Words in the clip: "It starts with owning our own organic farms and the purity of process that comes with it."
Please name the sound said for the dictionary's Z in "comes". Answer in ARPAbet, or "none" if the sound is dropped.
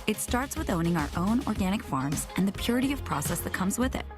Z